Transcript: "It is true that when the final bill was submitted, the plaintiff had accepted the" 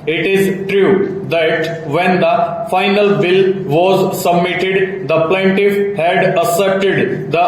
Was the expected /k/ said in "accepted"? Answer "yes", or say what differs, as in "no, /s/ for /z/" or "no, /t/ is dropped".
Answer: no, /k/ is dropped